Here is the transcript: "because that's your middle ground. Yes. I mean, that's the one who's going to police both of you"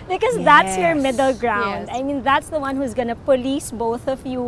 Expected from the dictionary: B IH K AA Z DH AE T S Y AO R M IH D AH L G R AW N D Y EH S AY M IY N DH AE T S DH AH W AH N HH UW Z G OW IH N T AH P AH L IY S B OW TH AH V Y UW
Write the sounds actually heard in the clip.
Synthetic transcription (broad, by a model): B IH K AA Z DH AE T S Y AO R M IH D AH L G R AW N D AY M IY N DH AE T S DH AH W AH N HH UW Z G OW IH N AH P AH L IY S B OW TH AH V Y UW